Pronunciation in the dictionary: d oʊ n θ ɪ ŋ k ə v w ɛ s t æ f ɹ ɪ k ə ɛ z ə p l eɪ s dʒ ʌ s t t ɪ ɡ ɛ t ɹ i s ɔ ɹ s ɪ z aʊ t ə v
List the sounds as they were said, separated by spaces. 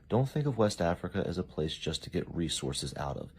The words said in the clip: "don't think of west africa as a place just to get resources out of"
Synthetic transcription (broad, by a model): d oʊ n θ ɪ ŋ k ə v w ɛ s t æ f ɹ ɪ k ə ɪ z ə p l eɪ s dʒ ʌ s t t ɪ ɡ ɛ t ɹ i s ɔ ɹ s ɪ z aʊ t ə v